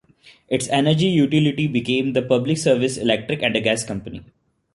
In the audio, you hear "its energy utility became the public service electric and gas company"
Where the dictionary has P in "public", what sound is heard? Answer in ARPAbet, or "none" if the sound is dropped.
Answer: P